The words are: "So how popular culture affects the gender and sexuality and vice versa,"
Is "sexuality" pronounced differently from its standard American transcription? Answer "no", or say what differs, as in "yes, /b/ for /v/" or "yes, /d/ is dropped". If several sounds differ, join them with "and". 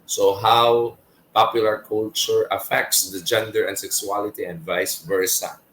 yes, /s/ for /ʃ/